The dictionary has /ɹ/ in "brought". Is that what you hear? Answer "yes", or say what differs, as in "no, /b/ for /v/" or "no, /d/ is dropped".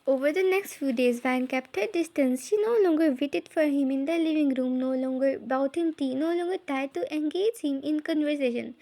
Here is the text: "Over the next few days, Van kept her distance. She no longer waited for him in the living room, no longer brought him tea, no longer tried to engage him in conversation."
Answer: no, /ɹ/ is dropped